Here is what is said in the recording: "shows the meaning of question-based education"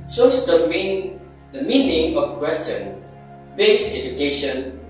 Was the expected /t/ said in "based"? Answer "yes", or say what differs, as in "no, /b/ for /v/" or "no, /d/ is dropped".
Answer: no, /t/ is dropped